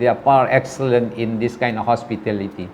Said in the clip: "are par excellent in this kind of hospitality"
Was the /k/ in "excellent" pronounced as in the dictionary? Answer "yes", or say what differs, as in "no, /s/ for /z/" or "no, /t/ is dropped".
yes